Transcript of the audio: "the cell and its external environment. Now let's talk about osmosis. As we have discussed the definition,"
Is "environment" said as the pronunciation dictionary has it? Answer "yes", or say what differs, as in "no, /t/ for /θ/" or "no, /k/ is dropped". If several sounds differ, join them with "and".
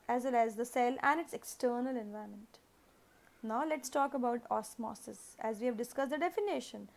no, /ɹ/ is dropped